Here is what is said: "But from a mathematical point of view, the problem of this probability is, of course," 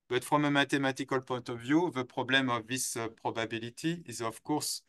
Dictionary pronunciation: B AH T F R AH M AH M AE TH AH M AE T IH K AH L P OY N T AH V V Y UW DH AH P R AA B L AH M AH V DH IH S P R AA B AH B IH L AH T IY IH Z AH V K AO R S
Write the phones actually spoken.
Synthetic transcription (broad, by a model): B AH T F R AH M AH M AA T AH M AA T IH K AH L P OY T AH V V Y UW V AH P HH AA B L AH M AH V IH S P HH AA B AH B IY L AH T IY IH Z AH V K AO R S